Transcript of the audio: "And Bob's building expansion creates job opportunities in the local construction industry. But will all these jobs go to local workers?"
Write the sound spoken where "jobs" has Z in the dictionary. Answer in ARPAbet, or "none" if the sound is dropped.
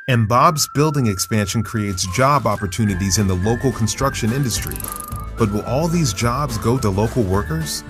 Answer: Z